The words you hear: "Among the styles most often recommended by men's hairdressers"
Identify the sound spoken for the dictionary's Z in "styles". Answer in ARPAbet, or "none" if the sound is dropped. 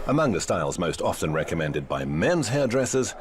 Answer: Z